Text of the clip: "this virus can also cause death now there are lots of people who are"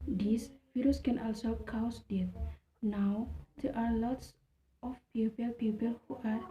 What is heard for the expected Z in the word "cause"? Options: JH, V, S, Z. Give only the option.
S